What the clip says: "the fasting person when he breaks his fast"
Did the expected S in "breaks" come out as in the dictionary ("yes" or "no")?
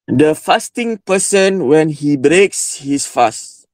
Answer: yes